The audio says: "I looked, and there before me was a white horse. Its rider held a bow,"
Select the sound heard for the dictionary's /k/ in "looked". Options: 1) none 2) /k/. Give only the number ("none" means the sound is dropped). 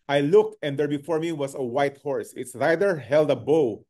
2